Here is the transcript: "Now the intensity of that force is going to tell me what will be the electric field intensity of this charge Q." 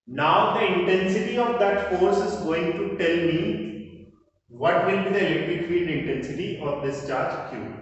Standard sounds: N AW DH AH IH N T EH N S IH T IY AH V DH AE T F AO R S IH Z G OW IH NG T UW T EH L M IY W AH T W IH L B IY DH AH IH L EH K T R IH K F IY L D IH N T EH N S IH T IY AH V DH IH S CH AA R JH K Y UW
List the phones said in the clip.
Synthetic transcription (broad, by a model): N AW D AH IH N T EH N S IH T IY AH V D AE T F AO R S IH Z G OW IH NG T UW T EH L M IY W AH T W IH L B IY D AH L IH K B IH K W IY N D IH N T EH N S IH T IY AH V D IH S CH AA R JH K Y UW